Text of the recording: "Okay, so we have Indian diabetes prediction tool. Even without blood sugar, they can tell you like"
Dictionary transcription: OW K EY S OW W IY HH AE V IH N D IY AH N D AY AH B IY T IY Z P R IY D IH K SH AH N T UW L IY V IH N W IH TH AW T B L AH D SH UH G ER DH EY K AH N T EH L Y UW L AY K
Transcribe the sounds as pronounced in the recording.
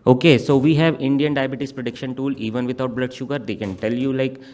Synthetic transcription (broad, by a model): OW K EY S OW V IY HH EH V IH N D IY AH N D AY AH B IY T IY S P R IY D IH K SH AH N T UW L IY V IH N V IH T AW T B L AH D SH UH G ER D EY K AH N T EH L Y UW L AY K